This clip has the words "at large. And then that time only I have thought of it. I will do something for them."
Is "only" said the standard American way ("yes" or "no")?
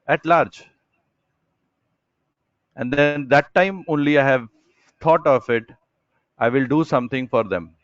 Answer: yes